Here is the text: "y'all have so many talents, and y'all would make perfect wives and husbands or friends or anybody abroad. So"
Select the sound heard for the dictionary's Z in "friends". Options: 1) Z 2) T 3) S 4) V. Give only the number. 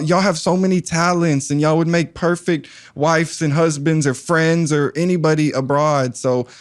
1